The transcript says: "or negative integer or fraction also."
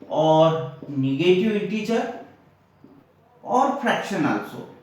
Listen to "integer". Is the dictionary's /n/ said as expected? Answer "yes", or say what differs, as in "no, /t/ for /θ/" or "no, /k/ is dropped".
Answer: no, /n/ is dropped